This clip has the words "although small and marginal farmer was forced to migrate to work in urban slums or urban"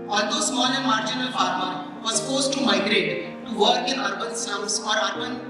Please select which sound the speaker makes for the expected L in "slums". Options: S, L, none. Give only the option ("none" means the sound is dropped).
none